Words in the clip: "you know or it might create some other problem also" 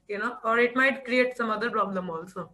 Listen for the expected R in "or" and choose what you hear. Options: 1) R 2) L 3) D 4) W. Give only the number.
1